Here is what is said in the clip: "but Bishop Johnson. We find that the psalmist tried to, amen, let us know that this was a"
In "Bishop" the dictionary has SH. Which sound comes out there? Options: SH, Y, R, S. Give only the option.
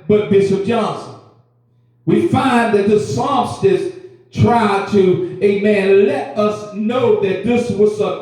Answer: S